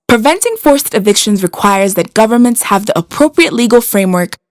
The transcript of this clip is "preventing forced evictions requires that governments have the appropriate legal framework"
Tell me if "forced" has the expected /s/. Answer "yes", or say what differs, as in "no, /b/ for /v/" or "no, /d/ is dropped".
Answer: yes